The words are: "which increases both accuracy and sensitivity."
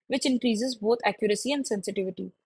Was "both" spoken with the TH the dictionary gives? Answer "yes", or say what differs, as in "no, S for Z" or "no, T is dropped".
no, T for TH